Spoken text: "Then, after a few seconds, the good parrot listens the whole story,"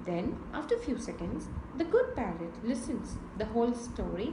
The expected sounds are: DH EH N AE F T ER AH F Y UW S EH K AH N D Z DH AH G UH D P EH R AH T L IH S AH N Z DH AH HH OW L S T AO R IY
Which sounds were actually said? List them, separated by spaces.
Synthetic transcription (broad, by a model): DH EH N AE F T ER F Y UW S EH K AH N D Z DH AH G UH D P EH L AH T L IH S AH N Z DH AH HH OW L S T AO R IY